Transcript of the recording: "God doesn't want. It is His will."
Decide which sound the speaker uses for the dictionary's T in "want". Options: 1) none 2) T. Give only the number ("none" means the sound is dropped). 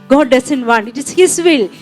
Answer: 1